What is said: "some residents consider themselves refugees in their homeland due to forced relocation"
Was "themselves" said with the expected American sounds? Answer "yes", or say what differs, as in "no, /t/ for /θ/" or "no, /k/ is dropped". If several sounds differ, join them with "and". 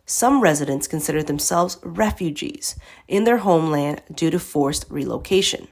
yes